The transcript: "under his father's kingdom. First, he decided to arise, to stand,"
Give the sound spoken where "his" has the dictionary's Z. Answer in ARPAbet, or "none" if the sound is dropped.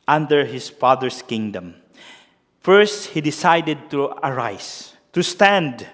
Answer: S